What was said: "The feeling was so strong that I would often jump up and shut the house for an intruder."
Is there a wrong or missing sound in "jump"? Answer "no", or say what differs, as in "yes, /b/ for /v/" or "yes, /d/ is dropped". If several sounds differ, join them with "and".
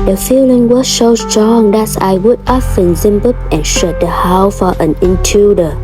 yes, /z/ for /dʒ/